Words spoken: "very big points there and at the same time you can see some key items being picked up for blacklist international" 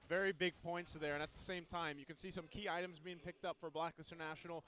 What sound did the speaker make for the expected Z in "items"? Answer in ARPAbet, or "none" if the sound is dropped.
Z